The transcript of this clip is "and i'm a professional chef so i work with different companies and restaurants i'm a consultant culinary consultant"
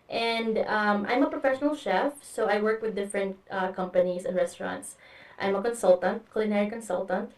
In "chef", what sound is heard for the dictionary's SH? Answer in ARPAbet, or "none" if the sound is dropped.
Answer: SH